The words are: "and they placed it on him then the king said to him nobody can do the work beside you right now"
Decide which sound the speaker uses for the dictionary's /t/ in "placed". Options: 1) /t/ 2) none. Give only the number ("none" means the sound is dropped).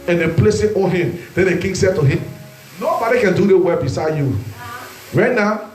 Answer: 2